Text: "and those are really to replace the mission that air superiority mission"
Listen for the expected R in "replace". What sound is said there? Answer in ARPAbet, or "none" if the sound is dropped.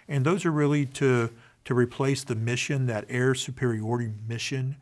R